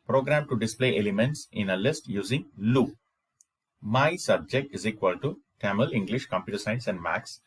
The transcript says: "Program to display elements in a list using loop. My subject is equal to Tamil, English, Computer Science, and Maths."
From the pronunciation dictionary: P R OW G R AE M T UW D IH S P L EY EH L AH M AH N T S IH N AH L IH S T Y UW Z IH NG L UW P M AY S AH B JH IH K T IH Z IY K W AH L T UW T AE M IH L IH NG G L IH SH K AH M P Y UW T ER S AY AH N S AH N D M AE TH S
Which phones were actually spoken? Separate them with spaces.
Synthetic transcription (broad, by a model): P R OW G R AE M T UW D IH S P L EY EH L AH M AH N T S IH N AH L IH S T Y UW Z IH NG L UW M AY S AH B JH IH K T IH Z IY K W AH L T UW T AE M IH L IH NG G L IH SH K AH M P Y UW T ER S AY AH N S AH N D M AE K S